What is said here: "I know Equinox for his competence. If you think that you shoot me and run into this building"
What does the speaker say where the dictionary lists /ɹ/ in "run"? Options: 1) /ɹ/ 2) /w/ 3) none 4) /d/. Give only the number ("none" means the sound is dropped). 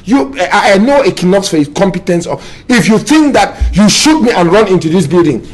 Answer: 1